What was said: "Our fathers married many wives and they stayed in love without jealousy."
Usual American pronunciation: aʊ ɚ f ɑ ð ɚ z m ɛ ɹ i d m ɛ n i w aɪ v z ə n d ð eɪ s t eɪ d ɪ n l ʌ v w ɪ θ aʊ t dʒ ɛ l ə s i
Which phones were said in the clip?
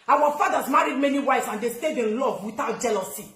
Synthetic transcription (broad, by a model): aʊ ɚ f ɑ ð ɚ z m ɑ ɹ i d m ɛ n i w aɪ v s ə n d eɪ s t eɪ d ɪ n l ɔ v w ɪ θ aʊ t dʒ ɛ l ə s i